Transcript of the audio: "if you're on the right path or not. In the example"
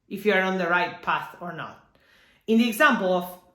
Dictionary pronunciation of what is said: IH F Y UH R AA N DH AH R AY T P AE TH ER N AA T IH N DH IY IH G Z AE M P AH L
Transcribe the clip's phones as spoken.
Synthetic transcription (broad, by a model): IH F Y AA R AA N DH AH R AY T P AE TH ER N AA T IH N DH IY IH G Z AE M P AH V